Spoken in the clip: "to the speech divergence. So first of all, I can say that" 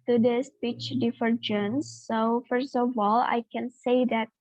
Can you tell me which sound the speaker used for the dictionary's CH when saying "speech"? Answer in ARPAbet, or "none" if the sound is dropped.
CH